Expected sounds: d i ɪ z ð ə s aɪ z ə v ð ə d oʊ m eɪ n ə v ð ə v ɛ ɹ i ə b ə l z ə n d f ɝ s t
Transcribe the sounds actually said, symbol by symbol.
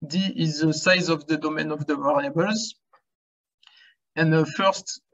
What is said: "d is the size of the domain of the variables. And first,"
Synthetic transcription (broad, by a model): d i ɪ z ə s aɪ z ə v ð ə d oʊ m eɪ n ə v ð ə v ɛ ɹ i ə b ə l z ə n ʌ f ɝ s t